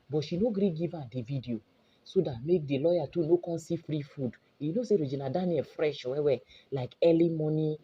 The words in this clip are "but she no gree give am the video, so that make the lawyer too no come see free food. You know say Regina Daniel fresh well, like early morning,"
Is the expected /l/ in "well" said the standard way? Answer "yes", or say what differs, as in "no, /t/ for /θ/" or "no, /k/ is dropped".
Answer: no, /w/ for /l/